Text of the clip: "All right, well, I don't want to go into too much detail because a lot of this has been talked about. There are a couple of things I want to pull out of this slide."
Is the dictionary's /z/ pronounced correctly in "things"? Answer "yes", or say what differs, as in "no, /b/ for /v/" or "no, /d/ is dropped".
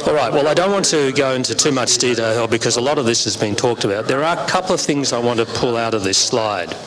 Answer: yes